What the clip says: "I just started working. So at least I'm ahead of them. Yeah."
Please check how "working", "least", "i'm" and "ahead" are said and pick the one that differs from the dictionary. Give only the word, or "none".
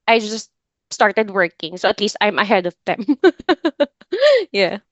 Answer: none